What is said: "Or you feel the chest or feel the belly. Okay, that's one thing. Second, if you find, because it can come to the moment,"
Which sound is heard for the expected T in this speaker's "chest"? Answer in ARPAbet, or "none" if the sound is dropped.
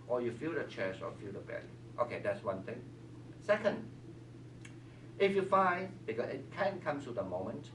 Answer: none